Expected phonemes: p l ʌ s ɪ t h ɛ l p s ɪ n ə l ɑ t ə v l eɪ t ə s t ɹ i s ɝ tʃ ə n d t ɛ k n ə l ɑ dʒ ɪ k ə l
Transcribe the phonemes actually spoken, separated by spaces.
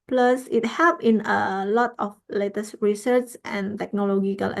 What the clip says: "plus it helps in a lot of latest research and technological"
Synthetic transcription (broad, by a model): p l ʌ s ɪ t h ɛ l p ɪ n ə l ɑ t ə f l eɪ t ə s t ɹ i s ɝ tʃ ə n t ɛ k n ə l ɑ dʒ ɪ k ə l